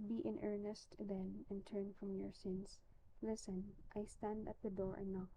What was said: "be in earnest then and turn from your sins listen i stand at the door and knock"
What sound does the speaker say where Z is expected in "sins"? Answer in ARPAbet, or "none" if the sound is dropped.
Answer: S